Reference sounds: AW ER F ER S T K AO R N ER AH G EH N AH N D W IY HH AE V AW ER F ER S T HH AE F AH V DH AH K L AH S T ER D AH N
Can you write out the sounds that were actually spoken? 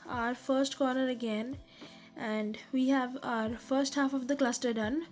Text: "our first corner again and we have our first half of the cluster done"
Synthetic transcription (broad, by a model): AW ER F ER S T K AO R N ER AH G EH N AH N D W IY HH AE V AW ER F ER S T HH AE F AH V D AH K L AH S T ER D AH N